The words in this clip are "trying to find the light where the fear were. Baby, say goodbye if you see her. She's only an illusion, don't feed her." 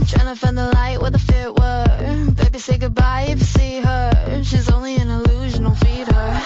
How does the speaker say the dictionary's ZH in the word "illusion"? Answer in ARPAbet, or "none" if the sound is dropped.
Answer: ZH